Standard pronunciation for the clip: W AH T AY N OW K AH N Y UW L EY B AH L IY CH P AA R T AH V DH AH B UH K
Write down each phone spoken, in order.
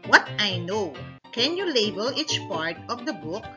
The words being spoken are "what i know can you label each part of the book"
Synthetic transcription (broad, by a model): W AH T AY N OW K AH N Y UW L EY B AH L IY CH P AA R T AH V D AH B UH K